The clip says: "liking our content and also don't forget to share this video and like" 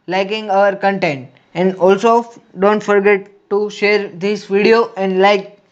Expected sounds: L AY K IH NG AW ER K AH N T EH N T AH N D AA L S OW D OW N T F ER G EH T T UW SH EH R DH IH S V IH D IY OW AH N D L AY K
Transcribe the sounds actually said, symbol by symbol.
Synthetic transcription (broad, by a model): L AY K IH NG AW ER K AH N T EH N T AH N D AA L S OW D OW N T F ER G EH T T UW SH EH R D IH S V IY D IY OW AH N D L AY K